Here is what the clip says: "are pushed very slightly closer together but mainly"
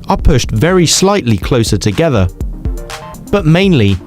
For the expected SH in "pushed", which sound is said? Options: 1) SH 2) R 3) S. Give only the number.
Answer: 1